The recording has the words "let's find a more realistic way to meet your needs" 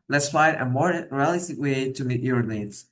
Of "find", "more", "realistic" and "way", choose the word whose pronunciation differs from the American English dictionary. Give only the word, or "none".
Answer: find